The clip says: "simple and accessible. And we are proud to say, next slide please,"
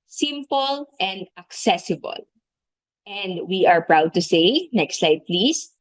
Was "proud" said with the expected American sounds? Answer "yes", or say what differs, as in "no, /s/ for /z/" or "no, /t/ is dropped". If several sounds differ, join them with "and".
yes